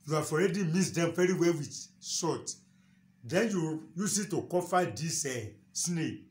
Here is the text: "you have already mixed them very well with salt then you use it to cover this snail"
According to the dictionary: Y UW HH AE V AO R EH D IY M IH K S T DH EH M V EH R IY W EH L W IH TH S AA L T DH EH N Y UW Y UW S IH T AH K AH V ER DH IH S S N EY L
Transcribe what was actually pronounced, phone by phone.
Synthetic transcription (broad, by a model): Y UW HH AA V AO R EH D IY M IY S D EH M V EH R IY W EH L W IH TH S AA T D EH N Y UW Y UW S IH T AH K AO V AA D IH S S N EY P